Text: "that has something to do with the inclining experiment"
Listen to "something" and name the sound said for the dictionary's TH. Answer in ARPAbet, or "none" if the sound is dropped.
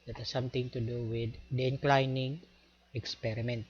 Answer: T